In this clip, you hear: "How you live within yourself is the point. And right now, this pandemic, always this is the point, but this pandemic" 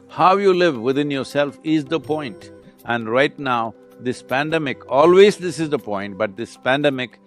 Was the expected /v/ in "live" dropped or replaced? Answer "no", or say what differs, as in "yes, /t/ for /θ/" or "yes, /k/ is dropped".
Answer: no